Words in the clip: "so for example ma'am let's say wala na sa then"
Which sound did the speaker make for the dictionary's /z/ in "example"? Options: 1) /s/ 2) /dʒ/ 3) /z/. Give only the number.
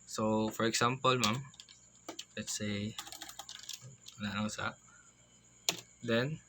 1